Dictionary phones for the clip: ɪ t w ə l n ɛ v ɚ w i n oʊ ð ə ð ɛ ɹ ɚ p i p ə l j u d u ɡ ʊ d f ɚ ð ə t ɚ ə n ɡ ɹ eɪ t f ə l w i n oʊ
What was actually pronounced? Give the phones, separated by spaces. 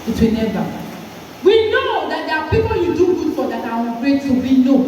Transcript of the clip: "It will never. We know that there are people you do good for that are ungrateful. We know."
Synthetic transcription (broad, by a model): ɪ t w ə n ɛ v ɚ w i n oʊ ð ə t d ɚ p i p ə l j u d u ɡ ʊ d f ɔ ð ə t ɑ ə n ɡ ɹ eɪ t ə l w i n oʊ